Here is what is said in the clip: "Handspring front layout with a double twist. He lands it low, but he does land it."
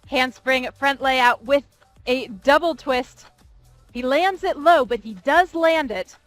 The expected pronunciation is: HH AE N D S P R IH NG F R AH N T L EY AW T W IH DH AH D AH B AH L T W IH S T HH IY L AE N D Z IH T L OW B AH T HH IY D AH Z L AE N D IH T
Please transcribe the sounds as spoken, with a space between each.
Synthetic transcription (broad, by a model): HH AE N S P R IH NG F R AH N T L EY AW T W IH DH AH D AH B L T W IH S T HH IY L AE N D Z IH T L OW B AH T HH IY D AH Z L AE N D IH T